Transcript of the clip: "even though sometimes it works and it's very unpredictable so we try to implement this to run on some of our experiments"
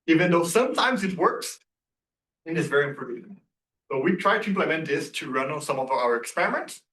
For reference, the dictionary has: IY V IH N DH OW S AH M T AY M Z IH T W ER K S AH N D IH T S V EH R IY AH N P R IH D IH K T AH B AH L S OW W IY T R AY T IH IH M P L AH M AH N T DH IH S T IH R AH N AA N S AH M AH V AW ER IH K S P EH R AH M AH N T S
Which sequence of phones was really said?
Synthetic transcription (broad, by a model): IY V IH N DH OW S AH M T AY M Z IH T W ER K S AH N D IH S V EH R IY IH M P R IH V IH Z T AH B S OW W IY T R AY T IH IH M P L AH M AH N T DH IH S T IH R AH N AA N S AH M AH V AW ER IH K S P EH R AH M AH N T S